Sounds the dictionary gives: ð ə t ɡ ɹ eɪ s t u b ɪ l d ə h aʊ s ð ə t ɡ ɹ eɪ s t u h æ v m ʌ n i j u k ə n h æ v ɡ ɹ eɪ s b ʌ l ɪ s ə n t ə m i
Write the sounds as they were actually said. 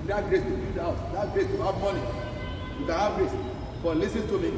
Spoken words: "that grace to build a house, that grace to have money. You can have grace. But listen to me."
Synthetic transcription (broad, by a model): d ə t ɡ ɹ eɪ s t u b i d ə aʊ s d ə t ɡ ɹ eɪ s t u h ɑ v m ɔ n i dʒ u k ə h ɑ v ɡ ɹ eɪ s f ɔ l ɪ s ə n t ə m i